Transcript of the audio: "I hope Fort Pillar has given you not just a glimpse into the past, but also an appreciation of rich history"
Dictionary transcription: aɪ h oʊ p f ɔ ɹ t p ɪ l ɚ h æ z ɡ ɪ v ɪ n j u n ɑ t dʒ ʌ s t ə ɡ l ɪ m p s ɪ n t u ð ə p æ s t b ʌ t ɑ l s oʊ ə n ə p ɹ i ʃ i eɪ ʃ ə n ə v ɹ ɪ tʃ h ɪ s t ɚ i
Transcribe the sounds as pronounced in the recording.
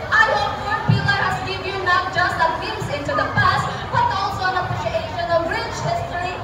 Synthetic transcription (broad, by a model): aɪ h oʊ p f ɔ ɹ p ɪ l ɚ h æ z ɡ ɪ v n j u n ɑ t dʒ ʌ s t ə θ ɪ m s ɪ n t u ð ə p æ s t b ʌ t ɑ l s oʊ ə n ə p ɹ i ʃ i eɪ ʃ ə n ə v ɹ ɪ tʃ h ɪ s t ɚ i